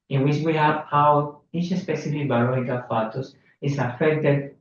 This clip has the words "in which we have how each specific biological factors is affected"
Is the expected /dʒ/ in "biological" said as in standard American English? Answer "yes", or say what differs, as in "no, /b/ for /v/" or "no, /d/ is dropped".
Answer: no, /dʒ/ is dropped